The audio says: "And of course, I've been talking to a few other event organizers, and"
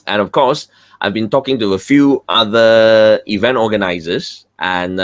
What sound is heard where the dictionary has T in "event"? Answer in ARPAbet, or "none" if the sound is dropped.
T